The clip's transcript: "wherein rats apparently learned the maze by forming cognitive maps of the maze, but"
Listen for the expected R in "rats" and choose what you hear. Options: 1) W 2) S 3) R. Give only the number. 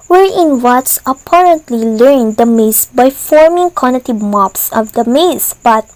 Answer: 1